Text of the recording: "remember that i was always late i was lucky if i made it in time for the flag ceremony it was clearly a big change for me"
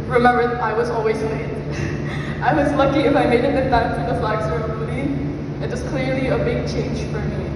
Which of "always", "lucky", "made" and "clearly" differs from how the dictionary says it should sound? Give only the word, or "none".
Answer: made